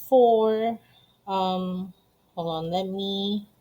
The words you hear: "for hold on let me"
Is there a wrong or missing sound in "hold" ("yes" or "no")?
yes